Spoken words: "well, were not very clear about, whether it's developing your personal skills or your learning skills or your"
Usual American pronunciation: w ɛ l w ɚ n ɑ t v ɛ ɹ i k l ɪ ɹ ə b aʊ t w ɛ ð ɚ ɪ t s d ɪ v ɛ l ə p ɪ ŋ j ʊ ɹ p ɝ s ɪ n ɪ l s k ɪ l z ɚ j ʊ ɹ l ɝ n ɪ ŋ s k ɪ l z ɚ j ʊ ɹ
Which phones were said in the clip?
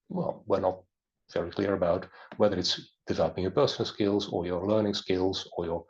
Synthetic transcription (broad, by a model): w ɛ l w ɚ n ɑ t v ɛ ɹ i k l ɪ ɹ ə b aʊ t w ɛ ð ɚ ɪ t s d ɪ v ɛ l ə p ɪ ŋ j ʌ ɹ p ɝ s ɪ n l s k ɪ l z ɚ j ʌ ɹ l ɝ n ɪ ŋ s k ɪ l z ɚ j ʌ ɹ